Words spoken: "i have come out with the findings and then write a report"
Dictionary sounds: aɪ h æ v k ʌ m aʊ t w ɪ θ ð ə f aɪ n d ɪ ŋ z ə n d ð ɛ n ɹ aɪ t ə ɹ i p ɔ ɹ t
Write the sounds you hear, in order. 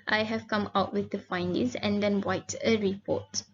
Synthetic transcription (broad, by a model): aɪ h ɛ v k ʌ m aʊ t w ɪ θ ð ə f aɪ n d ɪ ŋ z ə n d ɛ n w aɪ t ə ɹ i p ɔ t